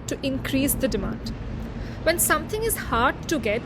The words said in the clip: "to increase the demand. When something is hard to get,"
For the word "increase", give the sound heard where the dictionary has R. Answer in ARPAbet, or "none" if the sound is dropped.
R